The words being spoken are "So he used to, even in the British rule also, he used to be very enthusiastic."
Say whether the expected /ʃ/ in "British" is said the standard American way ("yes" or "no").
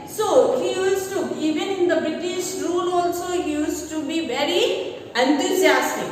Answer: yes